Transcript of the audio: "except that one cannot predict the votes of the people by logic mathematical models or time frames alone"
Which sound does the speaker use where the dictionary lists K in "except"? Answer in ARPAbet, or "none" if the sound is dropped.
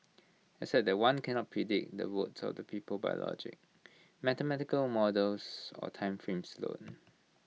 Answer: none